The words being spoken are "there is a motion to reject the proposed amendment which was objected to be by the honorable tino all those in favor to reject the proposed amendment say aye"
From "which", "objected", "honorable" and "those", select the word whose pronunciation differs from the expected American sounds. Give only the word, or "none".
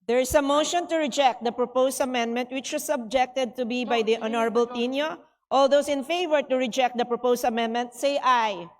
those